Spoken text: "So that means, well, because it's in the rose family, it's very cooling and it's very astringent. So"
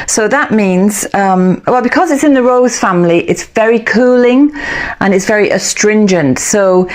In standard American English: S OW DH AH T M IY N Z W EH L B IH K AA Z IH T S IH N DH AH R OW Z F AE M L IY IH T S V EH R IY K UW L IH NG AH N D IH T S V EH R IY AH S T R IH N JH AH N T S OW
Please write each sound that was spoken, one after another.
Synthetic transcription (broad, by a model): S OW DH AH T M IY N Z W EH L B IH K AA Z IH T S IH N DH AH R OW Z F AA M L IY IH T S V EH R IY K UW L IH NG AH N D IH T S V EH R IY AH S T R IH N JH AH N T S OW